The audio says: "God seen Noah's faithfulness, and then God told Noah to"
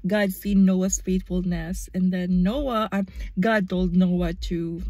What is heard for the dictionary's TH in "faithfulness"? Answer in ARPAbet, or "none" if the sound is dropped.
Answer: T